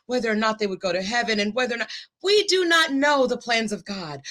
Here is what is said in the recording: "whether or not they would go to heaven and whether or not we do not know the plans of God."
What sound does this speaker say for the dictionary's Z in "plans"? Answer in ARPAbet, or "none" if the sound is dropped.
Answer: Z